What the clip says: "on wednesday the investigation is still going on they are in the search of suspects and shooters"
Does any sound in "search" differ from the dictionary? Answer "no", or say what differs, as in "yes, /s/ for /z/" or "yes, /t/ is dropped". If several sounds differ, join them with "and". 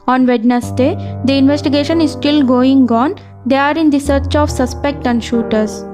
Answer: no